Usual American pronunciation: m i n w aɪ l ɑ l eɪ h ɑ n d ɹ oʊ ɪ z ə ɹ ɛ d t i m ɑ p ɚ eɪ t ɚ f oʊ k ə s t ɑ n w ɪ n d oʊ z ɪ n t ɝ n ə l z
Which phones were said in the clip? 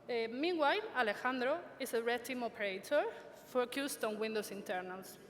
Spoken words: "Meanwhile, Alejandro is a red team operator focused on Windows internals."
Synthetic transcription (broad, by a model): m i w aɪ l ɑ l eɪ h ɑ n d ɹ oʊ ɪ s ə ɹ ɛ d t i m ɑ p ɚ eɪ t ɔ f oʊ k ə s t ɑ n w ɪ n d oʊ s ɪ n t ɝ n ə l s